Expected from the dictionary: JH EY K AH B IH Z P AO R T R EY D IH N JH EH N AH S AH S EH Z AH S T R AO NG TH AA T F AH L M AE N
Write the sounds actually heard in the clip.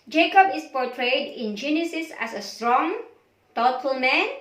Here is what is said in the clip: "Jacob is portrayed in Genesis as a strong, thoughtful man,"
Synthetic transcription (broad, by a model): JH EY K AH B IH S P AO T R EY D IH N JH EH N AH S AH S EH S AH S T R AO NG T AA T AH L M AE N